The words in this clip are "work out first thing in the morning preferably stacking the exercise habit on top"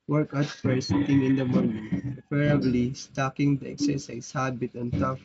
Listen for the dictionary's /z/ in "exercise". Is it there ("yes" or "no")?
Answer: no